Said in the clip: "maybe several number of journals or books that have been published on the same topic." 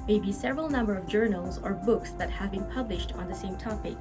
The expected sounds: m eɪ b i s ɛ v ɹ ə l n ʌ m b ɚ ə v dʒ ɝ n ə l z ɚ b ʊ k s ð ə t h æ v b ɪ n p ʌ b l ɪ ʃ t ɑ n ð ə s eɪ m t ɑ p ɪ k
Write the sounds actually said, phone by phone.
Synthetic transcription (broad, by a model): m eɪ b i s ɛ v ɹ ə l n ʌ m b ɚ ə v dʒ ɝ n l z ɚ b ʊ k s ð ə t h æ v b ɪ n p ʌ b l ɪ ʃ t n ð ə s eɪ m t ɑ p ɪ k